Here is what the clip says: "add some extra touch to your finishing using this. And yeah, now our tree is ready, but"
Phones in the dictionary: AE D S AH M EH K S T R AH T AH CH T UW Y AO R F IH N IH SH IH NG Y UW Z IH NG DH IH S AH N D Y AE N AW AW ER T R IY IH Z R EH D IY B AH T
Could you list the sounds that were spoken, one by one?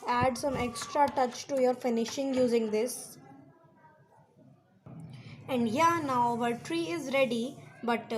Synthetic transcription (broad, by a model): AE D S AH M EH K S T R AH T AH CH T UW Y AO R F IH N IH SH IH NG Y UW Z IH NG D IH S AH N D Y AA N AW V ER T R IY IH Z R EH D IY B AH T